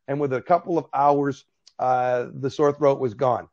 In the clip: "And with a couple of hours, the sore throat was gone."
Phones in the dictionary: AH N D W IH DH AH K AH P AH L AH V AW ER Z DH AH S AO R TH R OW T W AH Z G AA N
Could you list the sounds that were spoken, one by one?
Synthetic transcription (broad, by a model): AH N W IH DH AH K AH P L AH V AW ER Z DH AH S AO R TH R OW T W AH Z G AA N